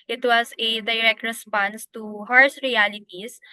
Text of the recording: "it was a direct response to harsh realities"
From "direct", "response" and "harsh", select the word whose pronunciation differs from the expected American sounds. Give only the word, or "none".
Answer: harsh